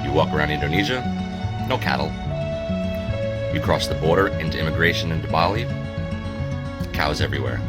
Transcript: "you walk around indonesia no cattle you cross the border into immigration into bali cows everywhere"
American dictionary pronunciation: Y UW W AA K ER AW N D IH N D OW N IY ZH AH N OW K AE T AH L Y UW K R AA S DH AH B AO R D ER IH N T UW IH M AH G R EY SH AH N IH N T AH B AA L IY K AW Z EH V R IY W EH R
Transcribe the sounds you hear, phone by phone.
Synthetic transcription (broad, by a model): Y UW W AA K ER AW N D IH N D OW N IY ZH AH N OW K AE T L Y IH K R AA S DH AH B AO R D ER IH N T UW IH M AH G R EY SH AH N IH N T AH B AA L IY K AW Z EH V R IY W EH R